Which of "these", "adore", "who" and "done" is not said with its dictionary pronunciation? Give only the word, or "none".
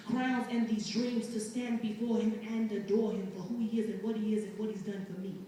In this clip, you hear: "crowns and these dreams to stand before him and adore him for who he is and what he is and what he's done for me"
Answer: none